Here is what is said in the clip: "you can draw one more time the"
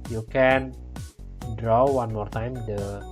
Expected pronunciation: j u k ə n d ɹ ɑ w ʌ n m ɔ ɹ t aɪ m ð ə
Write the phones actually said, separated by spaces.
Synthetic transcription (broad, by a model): j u k ə n d ɹ ɑ w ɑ n m ɔ ɹ t aɪ m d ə